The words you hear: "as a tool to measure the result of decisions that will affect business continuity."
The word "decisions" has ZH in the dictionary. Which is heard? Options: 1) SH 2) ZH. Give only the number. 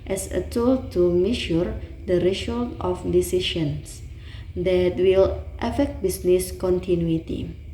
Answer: 1